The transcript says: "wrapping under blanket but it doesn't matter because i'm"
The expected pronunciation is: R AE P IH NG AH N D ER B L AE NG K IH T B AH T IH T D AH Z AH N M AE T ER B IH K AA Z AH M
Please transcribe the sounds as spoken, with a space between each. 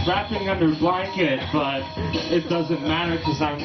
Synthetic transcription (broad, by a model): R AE P IH NG AH N D ER B L AE NG K IH T B AH T IH T D AH Z AH N M AE T ER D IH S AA AH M